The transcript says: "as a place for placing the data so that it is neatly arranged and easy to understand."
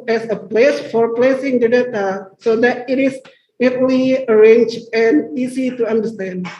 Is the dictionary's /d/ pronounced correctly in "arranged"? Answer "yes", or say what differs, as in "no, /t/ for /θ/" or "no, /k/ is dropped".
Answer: no, /d/ is dropped